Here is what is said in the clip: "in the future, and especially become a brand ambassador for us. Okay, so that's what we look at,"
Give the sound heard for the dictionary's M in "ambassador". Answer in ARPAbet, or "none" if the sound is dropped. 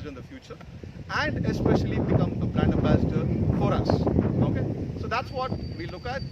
none